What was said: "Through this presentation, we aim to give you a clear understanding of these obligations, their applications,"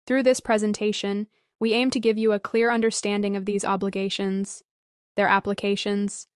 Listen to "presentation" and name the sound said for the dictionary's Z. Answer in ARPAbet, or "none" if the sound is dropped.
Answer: Z